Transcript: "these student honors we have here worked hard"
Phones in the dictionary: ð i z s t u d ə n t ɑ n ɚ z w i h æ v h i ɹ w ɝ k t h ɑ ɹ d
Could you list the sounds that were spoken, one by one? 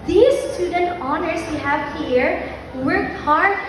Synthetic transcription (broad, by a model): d i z s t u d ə n t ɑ n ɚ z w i h æ v h i ɹ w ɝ t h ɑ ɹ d